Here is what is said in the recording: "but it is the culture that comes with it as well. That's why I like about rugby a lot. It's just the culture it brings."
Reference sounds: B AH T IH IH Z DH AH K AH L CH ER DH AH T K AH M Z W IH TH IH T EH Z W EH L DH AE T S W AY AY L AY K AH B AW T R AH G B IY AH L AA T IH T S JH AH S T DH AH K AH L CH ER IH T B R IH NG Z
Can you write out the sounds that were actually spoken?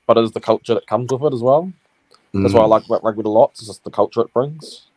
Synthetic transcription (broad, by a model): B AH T IH IH Z DH AH K AH L CH ER DH AH T K AH M Z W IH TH IH T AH Z W EH L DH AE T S W AY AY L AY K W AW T L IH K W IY AH L AA T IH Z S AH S DH AH K AH L CH ER IH T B R IH NG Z